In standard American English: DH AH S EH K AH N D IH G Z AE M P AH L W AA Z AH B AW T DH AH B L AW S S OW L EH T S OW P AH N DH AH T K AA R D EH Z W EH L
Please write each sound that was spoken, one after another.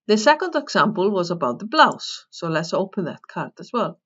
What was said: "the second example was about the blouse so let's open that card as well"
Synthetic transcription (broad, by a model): DH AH S EH K AH N D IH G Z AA M P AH L W AA Z AH B AW T DH AH B L AW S S OW L EH T S OW P AH N DH AH T K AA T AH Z W EH L